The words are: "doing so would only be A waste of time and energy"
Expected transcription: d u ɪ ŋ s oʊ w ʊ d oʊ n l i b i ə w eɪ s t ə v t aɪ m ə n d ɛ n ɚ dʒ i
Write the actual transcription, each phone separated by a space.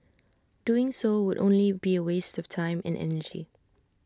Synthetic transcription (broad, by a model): d u ɪ ŋ s oʊ w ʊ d oʊ n l i b i ə w eɪ s t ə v t aɪ m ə n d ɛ n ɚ dʒ i